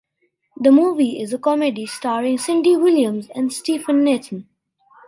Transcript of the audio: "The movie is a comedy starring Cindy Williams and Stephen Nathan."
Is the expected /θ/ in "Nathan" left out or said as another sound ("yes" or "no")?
yes